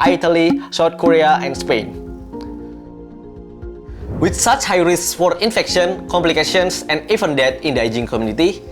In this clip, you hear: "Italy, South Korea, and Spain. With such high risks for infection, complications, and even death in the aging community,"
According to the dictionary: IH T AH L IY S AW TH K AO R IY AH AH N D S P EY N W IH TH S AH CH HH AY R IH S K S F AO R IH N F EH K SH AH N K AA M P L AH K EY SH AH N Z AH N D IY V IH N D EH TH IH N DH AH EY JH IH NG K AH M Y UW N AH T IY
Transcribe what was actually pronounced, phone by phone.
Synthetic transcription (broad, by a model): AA T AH L IY S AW T K AO R IY AH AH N S P EY N W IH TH S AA CH HH AY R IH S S F AO R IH N F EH K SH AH N K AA M P L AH K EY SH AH N S AH N D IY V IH N D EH T IH N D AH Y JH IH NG K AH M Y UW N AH T IY